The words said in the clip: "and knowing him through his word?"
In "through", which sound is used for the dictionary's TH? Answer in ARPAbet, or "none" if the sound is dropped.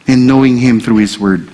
TH